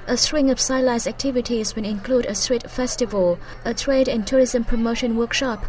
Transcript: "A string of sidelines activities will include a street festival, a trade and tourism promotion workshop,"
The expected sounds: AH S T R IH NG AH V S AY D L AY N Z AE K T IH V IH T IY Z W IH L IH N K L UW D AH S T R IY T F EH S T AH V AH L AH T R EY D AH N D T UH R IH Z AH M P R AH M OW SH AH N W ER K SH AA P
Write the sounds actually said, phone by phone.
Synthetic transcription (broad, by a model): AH S T R IH NG AH V S AY L AY Z AE K T IH V IH T IY Z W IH N IH N K L UW D AH S T R IY T F EH S T AH V AH L AH T R EY D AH N T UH R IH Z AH M P R AH M OW SH AH N W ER K SH AA P